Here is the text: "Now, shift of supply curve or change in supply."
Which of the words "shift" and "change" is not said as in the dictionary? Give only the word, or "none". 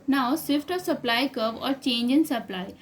shift